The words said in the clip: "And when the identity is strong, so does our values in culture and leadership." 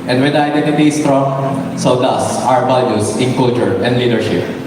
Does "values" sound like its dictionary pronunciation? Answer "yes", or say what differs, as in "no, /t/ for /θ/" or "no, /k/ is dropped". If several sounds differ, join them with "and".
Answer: no, /b/ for /v/ and /s/ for /z/